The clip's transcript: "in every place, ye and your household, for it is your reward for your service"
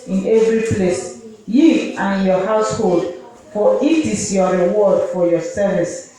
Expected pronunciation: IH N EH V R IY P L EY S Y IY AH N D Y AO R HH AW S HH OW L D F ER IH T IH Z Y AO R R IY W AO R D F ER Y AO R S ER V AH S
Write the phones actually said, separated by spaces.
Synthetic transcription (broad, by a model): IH N EH V R IY P L EY S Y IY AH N Y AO HH AW S HH OW L D F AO IH T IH S Y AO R R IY W AO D F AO Y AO S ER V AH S